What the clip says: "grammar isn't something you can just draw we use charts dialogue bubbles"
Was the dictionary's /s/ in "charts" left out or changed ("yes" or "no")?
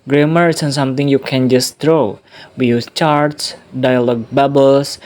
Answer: no